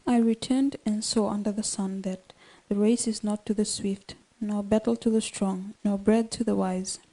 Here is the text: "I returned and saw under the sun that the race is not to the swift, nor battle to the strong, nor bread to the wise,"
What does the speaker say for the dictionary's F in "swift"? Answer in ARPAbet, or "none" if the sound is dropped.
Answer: F